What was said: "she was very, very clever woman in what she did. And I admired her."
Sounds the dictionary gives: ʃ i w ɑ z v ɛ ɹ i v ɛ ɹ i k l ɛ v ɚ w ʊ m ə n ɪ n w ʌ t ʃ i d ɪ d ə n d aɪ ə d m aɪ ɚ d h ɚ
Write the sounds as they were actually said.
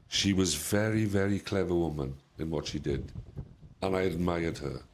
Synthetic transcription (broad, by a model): ʃ i w ɑ z v ɛ ɹ i v ɛ ɹ i k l ɛ v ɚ w ʊ m ə n ɪ n w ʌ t ʃ i d ɪ d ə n aɪ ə d m aɪ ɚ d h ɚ